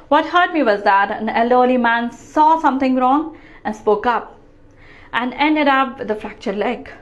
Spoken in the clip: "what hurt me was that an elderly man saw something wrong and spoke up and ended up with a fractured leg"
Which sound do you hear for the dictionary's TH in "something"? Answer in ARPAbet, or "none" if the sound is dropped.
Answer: T